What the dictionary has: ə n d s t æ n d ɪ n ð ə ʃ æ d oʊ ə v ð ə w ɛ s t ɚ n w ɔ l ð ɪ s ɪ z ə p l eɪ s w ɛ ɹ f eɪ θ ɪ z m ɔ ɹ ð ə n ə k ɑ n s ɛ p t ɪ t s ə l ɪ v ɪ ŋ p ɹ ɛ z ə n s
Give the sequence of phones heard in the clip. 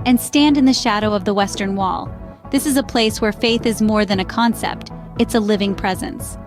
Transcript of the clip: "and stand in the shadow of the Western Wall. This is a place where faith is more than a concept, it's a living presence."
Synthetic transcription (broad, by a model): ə n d s t æ n d ɪ n ð ə ʃ æ d oʊ ə v ð ə w ɛ s t ɚ n w ɔ l ð ɪ s ɪ z ə p l eɪ s w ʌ ɹ f eɪ θ ɪ z m ɔ ɹ ð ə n ə k ɑ n s ɛ p t ɪ t s ə l ɪ v ɪ ŋ p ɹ ɛ z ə n s